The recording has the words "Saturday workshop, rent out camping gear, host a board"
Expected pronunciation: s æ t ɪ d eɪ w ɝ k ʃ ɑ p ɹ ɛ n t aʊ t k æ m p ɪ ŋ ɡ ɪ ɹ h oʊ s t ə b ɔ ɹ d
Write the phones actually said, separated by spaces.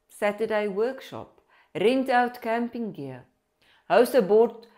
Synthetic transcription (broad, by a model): s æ t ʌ d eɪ w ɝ k ʃ ɑ p ɹ ɛ n t aʊ t k æ m p ɪ ŋ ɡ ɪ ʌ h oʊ s ə b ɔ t